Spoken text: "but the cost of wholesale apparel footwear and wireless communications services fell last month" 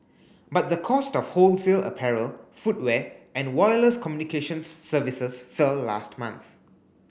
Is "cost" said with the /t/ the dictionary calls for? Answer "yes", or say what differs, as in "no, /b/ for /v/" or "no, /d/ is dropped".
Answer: yes